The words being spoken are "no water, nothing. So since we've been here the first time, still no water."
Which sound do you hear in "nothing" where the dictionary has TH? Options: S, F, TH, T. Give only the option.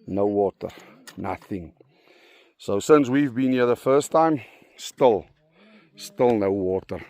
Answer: TH